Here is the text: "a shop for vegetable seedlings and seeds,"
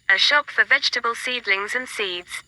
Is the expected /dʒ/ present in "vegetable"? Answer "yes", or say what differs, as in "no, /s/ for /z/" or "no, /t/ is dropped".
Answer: yes